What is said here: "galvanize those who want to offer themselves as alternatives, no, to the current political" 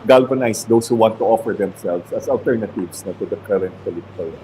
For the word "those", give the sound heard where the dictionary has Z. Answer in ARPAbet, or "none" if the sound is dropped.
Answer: S